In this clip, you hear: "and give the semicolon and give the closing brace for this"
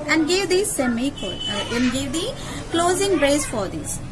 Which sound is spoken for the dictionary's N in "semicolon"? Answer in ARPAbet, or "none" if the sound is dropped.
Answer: none